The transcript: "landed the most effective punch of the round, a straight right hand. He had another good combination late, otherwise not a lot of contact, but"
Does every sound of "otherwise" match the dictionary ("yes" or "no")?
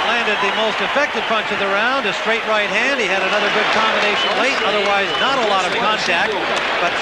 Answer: yes